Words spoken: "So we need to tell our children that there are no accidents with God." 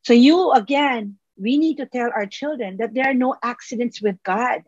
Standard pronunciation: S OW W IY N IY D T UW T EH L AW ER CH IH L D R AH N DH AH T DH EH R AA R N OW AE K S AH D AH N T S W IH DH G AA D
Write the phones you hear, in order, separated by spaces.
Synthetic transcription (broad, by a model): S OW W IY N IY D T UW T EH L AW ER CH IH L D R AH N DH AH T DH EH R AA R N OW AE K S AH D AH N T S W IH DH G AA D